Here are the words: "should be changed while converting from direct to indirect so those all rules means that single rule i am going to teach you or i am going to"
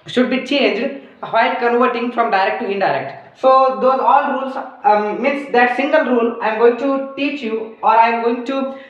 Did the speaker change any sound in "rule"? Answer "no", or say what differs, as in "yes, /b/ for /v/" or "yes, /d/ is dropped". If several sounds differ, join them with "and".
no